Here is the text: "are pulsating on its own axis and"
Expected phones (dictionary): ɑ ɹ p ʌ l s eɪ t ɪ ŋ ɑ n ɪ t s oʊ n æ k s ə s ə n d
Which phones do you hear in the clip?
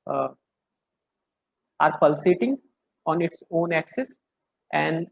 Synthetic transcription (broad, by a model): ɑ ɹ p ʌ l s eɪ t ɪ ŋ ɑ n ɪ t s oʊ n æ k s ə s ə n d